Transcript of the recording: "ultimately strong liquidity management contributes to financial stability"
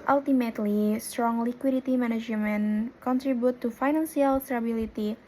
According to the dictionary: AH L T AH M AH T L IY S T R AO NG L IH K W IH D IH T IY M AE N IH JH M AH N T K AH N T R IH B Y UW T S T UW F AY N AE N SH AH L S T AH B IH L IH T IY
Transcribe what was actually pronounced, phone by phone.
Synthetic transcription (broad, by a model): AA L T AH M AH T L IY S T R AO NG L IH K W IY D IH T IY M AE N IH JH M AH N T K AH N T R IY B Y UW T T UW F AY N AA N S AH L S T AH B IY L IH T IY